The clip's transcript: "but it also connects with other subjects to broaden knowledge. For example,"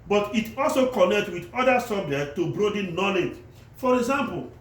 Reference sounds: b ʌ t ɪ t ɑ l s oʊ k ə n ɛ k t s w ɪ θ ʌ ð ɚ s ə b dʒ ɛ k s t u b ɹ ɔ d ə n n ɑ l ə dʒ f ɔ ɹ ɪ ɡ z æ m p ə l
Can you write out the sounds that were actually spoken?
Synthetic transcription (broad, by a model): b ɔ t ɪ t ɑ l s oʊ k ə n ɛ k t w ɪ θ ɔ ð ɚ s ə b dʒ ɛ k t u b ɹ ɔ d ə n n ɑ l ə dʒ f ɔ ɹ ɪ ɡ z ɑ m p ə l